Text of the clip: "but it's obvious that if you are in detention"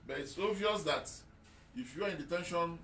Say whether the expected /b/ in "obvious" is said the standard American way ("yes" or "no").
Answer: no